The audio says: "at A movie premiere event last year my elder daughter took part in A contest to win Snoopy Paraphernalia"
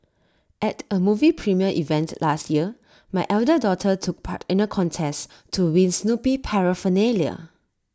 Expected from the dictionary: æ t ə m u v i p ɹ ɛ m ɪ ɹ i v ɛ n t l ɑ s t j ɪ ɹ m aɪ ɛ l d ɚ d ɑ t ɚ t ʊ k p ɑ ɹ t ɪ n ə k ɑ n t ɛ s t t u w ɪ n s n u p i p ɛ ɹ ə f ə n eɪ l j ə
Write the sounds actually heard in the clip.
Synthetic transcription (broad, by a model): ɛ t ə m u v i p ɹ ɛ m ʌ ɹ i v ɛ n t l ɑ s t j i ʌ m aɪ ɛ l d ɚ d ɑ t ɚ t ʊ k p ɑ t ɪ n ə k ɑ n t ɛ s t t u w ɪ n s n u p i p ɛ ɹ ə f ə n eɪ l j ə